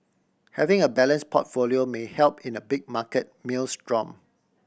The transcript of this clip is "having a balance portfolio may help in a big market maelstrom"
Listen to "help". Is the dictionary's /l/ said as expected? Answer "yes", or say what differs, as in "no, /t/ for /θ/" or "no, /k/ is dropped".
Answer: yes